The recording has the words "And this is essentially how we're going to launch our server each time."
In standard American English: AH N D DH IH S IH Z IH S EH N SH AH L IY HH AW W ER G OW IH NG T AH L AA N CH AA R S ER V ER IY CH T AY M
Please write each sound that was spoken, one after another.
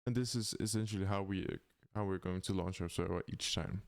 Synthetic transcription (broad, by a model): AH N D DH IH S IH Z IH S EH N SH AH W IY HH AW W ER G OW IH NG T AH L AA N CH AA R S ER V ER IY CH T AY M